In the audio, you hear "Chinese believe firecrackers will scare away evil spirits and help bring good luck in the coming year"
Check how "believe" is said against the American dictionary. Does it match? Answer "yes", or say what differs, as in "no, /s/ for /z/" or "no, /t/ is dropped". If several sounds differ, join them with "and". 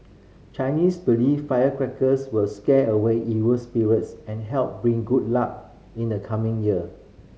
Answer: no, /f/ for /v/